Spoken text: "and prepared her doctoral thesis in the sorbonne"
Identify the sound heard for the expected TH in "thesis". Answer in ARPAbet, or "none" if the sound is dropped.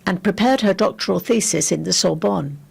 TH